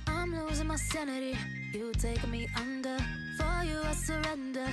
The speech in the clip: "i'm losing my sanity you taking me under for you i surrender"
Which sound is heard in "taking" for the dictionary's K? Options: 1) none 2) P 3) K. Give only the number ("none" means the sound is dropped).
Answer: 1